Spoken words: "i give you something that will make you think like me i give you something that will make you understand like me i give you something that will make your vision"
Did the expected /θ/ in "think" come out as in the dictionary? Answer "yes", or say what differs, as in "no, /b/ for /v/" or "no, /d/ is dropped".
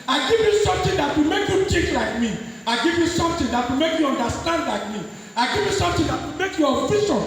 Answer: no, /t/ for /θ/